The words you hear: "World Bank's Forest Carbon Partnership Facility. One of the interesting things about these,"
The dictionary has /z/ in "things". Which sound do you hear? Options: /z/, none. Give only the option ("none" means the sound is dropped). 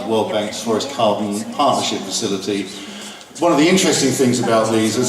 /z/